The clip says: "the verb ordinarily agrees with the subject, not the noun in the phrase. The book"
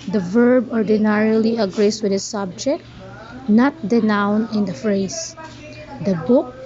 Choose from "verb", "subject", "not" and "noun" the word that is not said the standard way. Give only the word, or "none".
none